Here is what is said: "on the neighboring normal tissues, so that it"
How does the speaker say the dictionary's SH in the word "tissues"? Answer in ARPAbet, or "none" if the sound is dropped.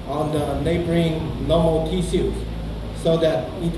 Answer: S